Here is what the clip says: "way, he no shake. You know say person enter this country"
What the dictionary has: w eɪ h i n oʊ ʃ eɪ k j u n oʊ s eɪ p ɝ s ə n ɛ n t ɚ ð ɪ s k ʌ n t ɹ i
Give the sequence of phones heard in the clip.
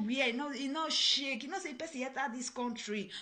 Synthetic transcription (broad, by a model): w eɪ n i n oʊ ʃ eɪ k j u n oʊ s eɪ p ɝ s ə ɛ t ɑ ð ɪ s k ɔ n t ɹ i